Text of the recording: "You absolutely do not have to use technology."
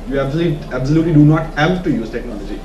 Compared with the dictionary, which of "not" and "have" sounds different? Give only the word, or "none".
have